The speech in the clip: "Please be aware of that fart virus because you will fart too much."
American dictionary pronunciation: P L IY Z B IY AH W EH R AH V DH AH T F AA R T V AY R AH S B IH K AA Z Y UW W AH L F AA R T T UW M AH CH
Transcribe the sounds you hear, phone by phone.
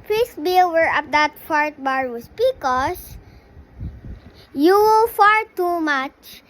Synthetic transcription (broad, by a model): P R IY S B IY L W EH R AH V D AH T F AA R T B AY R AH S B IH K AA S Y UW W AH L F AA R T T UW M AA CH